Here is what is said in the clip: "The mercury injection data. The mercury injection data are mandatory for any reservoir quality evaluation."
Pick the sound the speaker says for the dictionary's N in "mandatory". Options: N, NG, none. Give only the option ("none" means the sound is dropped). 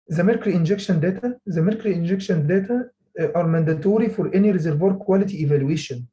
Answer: N